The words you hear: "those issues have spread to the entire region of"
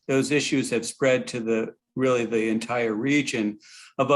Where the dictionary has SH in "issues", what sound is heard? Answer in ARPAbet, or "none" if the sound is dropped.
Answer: SH